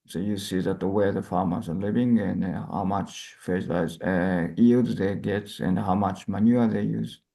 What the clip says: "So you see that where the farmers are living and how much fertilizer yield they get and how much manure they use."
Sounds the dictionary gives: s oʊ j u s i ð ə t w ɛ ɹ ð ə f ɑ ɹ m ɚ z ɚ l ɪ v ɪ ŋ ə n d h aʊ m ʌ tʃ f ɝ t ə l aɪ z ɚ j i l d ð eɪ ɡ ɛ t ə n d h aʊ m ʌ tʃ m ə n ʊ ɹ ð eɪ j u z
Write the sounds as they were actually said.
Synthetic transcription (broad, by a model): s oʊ j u s i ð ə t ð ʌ w ð ə f ɑ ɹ m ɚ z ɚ l ɪ v ɪ ŋ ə n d h aʊ m ʌ tʃ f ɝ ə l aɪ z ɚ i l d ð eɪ ɡ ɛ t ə n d h aʊ m ʌ tʃ m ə n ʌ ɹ ð eɪ j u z